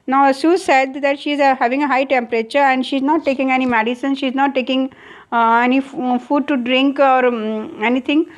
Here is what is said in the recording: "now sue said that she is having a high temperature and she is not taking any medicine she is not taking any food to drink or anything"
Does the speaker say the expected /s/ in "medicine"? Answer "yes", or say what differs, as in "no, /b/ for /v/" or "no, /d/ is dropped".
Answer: yes